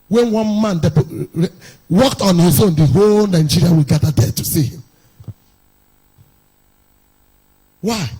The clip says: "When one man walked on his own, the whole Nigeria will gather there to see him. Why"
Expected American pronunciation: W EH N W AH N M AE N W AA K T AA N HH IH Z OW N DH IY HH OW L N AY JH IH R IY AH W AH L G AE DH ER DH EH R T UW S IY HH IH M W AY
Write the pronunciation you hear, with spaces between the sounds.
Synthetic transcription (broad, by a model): W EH N W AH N M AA N W AA K T AA N HH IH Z OW N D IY HH OW L N AY JH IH R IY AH W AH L G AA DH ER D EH T UW S IY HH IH M W AY